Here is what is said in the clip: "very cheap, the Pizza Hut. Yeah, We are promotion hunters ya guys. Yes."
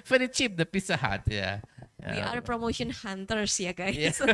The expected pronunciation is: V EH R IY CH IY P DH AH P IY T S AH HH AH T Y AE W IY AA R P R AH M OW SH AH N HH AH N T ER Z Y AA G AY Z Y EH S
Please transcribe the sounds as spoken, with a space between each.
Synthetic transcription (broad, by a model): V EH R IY CH IY P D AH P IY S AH HH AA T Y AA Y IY AA R P R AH M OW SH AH N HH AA N T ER S Y AA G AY Y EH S